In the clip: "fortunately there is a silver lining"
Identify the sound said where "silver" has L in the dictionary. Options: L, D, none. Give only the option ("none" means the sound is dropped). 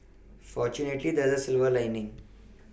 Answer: L